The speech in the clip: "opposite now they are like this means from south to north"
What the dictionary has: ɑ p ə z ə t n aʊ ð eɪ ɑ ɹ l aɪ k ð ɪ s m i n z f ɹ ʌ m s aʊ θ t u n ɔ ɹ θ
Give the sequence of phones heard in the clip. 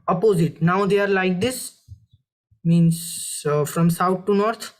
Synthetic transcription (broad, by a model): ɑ p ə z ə t n aʊ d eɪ ɑ ɹ l aɪ k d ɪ s m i n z f ɹ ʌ m s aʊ t t u n ɔ ɹ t